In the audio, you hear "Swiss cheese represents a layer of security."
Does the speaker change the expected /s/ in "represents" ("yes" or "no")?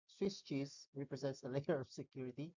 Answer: no